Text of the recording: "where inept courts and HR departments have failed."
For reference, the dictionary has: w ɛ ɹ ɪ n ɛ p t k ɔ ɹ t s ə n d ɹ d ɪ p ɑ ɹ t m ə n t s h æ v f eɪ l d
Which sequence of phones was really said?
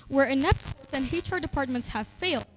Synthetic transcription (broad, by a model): w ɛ ɹ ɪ n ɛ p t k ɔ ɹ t ə n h ɹ d ɪ p ɑ ɹ t m ə n t s h æ v f eɪ l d